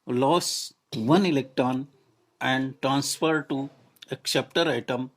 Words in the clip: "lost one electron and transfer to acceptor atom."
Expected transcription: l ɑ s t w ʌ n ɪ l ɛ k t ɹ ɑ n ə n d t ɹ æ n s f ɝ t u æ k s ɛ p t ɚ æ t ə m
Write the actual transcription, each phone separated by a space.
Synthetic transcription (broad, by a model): l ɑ s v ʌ n ɪ l ɛ k t ɹ ɑ n ə n d t ɹ æ n s f ɝ t u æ k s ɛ p t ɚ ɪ t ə m